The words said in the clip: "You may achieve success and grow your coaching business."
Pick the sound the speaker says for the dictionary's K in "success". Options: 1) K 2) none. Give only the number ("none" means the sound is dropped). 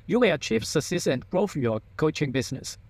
2